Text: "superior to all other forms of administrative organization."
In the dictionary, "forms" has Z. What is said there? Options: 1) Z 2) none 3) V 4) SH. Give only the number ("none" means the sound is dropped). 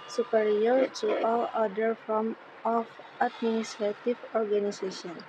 2